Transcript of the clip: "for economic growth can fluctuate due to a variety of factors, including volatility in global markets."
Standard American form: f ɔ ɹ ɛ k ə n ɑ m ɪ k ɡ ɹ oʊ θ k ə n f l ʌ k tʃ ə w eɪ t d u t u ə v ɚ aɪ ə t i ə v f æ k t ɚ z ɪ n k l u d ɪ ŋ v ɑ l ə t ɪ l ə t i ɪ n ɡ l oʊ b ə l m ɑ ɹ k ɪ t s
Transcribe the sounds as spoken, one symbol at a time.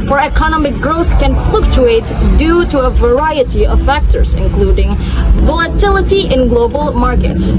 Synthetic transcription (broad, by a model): f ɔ ɹ ɛ k ə n ɑ m ɪ k ɡ ɹ oʊ θ k ə n f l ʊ k tʃ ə eɪ t d u t u ə v ɚ aɪ ə t i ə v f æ k t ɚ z ɪ n k l u d ɪ ŋ v ɑ l ə t ɪ l ə t i ɪ n ɡ l oʊ b ə l m ɑ ɹ k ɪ t s